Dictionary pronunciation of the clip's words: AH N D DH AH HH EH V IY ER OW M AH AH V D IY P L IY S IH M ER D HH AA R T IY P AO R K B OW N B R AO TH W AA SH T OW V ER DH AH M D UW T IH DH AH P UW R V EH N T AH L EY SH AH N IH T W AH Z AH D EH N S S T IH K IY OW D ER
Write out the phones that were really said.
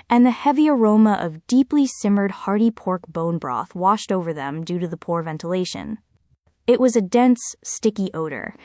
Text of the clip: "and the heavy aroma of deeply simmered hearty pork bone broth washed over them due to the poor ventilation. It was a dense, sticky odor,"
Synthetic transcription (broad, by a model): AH N DH AH HH EH V IY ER OW M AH AH V D IY P L IY S IH M ER D HH AA R T IY P AO R K B OW N B R AO TH W AA SH T OW V ER DH AH M D UW T IH DH AH P UW R V EH N T AH L EY SH AH N IH T W AH Z AH D EH N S S T IH K IY OW D ER